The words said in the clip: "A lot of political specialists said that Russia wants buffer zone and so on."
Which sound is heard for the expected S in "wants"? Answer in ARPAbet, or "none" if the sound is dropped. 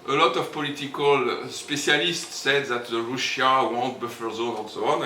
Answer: none